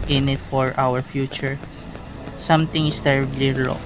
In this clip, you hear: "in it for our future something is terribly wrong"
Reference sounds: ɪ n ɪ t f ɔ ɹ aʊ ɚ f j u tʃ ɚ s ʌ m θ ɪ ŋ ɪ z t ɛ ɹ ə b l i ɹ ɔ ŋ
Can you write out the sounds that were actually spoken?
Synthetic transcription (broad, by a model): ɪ n ɪ t f ɔ ɹ aʊ ɚ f j u tʃ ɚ s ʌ m t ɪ ŋ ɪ s t ɛ ɹ ə b l i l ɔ